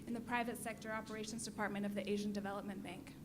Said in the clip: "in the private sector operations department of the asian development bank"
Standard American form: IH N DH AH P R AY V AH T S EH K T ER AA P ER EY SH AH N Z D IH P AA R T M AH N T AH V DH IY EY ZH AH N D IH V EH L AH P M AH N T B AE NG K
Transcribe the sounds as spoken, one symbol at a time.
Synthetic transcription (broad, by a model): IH N DH AH P R AY V AH T S EH K T ER AA P ER EY SH AH N Z D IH P AA R T M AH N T AH V DH IY EY ZH AH N D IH V EH L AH P M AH N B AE NG K